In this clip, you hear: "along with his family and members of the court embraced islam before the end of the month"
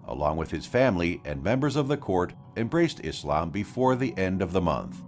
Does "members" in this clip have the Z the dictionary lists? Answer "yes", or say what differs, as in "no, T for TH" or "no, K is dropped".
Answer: yes